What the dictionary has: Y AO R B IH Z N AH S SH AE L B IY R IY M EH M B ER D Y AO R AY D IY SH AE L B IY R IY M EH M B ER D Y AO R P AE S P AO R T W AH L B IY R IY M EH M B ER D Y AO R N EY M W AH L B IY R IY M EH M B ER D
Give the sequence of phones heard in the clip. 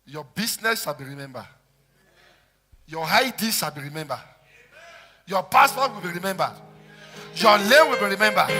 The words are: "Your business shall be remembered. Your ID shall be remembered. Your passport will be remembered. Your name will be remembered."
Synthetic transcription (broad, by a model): Y AO B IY S N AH S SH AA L B IY R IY M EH M B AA Y AO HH AY D IY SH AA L B IY R IY M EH M B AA Y AO P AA S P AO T W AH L B IY R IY M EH M B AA Y AO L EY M W AH L B IY R IY M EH M B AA